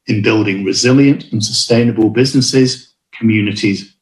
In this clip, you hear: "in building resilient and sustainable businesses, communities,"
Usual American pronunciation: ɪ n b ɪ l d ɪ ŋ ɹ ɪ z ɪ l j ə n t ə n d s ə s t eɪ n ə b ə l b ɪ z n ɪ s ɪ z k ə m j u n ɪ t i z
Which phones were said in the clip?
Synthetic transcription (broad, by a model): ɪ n b ɪ l d ɪ ŋ ɹ ɪ z ɪ l j ə n t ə n s ə s t eɪ n ə b ə l b ɪ z n ɪ s ɪ z k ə m j u n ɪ t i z